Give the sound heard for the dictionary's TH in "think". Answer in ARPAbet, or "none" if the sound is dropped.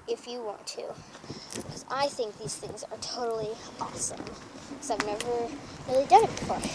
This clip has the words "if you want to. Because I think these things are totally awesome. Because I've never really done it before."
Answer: TH